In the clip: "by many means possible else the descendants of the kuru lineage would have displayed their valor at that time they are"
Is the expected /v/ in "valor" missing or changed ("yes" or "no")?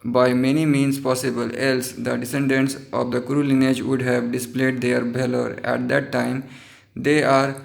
yes